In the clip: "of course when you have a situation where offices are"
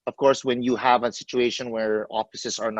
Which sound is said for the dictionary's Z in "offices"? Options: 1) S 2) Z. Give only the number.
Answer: 1